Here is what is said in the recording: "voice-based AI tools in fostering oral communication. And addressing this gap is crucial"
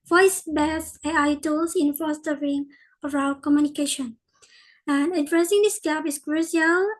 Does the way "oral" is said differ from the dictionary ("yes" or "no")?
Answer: yes